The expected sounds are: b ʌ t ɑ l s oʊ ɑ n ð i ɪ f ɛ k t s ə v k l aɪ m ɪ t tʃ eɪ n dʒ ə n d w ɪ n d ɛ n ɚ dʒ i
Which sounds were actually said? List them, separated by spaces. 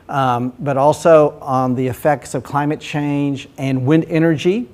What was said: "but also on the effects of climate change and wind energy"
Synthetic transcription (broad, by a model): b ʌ t ɑ l s oʊ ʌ n ð i ɪ f ɛ k t s ə v k l aɪ m ɪ t tʃ eɪ n dʒ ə n w ɪ n d ɛ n ɚ dʒ i